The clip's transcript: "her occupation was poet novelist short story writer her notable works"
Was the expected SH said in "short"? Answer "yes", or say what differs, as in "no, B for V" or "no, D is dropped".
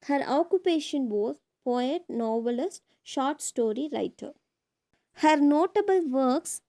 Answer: yes